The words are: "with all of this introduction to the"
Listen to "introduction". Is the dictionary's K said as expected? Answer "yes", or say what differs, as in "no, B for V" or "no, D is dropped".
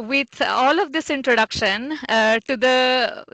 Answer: yes